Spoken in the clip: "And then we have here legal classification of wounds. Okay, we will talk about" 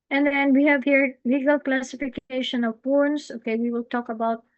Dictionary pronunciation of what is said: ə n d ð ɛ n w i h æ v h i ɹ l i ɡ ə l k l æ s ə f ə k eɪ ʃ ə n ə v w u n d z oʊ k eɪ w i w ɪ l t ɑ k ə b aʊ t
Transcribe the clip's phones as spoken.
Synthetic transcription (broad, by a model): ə n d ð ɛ n w i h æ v h i ɹ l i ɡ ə l k l æ s ə f ə k eɪ ʃ ə n ə v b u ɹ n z oʊ k eɪ w i w ɪ l t ɑ k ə b aʊ t